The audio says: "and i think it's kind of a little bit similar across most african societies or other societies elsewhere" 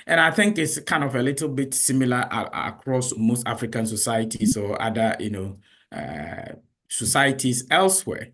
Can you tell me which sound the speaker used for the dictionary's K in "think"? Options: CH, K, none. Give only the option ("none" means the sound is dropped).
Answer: K